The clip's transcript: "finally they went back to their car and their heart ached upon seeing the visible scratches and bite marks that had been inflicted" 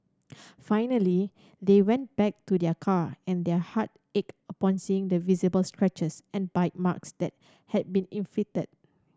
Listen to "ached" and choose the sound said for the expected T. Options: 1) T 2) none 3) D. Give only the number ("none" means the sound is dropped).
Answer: 2